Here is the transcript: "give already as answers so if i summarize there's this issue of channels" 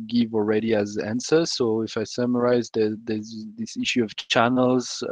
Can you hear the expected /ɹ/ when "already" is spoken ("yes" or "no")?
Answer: yes